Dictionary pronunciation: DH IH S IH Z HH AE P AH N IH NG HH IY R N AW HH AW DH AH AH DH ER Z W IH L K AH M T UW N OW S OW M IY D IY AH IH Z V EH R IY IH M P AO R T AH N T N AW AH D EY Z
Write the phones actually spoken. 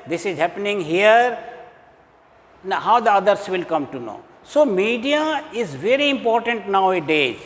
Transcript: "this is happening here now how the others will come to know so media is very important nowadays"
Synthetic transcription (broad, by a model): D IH S IH Z HH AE P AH N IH NG HH IY R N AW HH AW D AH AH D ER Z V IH L K AH M T UW N OW S OW M IY D IY AH IH Z V EH R IY IH M P AO R T AH N T N AW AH D EY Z